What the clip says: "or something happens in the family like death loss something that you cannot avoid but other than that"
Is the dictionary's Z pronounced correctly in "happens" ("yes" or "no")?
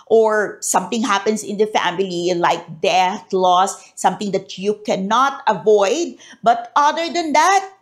no